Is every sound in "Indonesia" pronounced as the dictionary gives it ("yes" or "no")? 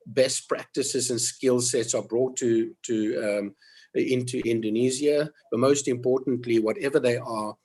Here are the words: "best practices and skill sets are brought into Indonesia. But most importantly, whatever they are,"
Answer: no